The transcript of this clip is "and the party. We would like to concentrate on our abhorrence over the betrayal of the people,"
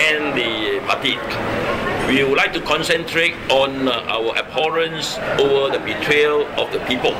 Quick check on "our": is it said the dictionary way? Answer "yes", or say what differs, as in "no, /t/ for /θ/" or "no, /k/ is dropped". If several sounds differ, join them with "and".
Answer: no, /w/ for /ɹ/